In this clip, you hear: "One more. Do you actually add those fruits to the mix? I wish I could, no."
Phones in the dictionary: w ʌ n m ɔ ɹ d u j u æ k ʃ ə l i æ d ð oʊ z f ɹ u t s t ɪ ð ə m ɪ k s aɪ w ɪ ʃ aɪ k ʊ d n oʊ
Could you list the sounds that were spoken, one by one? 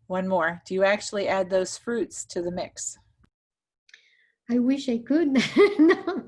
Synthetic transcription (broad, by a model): w ʌ n m ɔ ɹ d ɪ j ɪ æ k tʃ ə l i æ d ð oʊ z f ɹ u t s t ɪ ð ə m ɪ k s aɪ w ɪ ʃ aɪ k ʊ d n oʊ